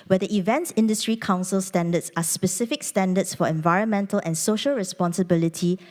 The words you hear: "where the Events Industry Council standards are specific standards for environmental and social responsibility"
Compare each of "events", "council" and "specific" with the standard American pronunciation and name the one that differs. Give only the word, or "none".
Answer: none